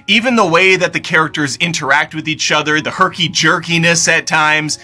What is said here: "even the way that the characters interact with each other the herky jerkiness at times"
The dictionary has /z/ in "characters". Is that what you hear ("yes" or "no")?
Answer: yes